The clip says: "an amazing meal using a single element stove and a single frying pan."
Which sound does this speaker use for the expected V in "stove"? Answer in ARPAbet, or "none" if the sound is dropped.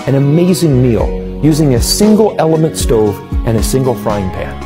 V